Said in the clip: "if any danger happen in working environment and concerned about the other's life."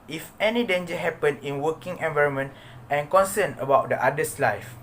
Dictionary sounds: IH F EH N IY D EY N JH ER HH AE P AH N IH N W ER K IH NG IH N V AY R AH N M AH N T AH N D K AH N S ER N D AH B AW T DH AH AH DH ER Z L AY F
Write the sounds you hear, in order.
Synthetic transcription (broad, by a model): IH F EH N IY D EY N JH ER HH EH P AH N IH N W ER K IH NG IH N V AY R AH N M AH N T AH N K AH N S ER N AH B AW T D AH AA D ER S L AY F